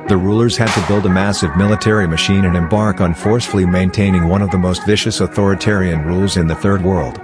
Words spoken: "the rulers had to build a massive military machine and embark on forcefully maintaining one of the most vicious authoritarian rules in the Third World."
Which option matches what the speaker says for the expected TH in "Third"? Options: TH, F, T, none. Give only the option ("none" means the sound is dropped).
TH